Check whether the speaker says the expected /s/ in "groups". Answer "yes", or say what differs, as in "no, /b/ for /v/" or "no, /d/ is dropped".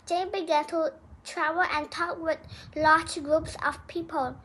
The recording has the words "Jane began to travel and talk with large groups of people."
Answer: yes